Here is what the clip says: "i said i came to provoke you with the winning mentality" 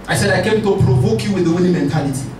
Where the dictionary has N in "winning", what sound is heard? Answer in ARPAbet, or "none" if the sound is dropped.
L